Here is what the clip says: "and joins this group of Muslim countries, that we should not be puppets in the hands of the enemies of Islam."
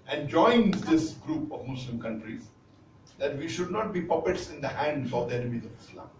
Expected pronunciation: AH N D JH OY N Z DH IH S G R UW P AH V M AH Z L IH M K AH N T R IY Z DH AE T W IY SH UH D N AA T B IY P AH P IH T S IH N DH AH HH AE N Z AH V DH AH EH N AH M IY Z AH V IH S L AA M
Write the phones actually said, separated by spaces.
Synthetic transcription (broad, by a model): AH N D JH OY N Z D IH S G R UW P AH V M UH S L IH M K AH N T R IY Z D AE T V IY SH UH D N AA T B IY P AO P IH T S IH N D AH HH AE N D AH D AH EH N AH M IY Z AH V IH S L AA M